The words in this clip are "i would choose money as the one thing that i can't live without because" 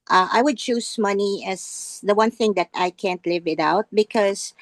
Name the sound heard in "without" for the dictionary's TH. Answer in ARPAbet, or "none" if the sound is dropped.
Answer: T